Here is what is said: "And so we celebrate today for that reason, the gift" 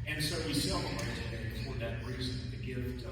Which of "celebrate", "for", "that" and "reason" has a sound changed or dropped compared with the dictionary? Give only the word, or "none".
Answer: celebrate